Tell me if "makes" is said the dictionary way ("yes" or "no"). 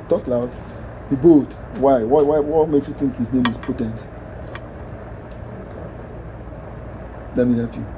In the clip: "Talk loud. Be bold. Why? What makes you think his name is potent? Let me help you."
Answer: yes